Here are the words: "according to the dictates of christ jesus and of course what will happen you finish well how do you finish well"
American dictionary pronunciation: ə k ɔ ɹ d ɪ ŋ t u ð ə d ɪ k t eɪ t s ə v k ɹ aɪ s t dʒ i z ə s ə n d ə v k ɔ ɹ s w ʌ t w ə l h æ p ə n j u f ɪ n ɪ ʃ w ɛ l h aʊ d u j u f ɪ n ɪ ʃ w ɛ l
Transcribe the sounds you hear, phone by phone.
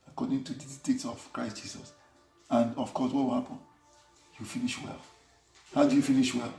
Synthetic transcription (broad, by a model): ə k ɔ d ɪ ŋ t u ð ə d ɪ t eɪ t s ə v k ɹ aɪ s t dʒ i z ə s ə n d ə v k ɔ s w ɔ t w ə l h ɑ p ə n j u f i n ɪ ʃ w ɛ l h aʊ d u j u f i n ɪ ʃ w ɛ l